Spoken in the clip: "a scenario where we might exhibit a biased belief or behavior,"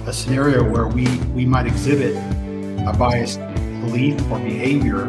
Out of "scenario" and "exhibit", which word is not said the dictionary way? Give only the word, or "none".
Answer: none